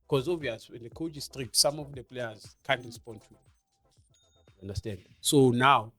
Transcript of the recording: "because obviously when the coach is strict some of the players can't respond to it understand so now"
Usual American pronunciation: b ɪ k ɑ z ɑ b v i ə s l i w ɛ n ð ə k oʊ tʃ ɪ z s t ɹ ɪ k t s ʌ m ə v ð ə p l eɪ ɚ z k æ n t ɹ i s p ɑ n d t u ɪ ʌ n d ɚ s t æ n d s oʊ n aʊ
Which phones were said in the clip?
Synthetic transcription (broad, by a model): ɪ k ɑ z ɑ v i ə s i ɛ n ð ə k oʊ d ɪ s t ɹ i k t s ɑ m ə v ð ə p l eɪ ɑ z k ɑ n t ɹ i s p ɑ n d t u ɪ n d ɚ s t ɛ n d s oʊ n aʊ